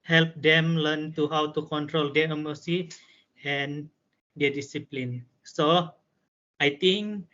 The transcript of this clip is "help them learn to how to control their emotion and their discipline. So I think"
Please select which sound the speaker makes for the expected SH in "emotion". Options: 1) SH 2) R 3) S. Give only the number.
3